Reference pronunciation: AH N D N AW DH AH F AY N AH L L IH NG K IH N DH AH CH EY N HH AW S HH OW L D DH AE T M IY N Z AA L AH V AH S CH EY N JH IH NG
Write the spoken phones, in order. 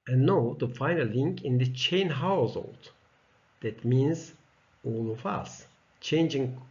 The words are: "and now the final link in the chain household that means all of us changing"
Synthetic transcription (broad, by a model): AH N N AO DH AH F AY N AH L L IH NG K IH N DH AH CH EY N HH AW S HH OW L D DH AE T M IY N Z AA L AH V AH S CH EY N JH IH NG